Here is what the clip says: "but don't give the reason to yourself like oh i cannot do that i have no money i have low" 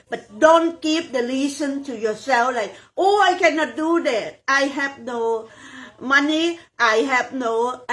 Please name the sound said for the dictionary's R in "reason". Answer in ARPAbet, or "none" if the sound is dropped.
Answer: L